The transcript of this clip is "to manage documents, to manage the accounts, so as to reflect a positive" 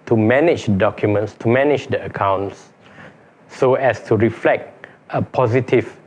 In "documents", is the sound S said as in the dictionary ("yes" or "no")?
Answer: yes